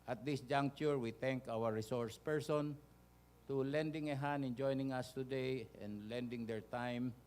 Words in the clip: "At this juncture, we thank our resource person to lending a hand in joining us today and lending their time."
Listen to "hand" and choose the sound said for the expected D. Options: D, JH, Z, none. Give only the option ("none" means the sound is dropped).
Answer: none